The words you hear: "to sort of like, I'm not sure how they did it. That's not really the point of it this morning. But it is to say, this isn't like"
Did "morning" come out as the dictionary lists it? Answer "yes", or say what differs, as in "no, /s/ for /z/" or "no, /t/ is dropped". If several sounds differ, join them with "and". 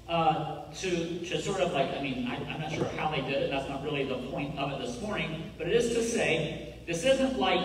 yes